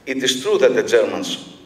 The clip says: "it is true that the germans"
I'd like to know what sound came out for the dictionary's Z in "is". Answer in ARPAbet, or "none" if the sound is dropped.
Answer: S